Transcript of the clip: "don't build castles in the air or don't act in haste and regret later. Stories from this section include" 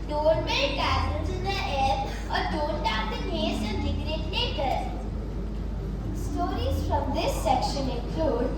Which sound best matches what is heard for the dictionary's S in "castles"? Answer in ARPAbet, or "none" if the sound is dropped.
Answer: none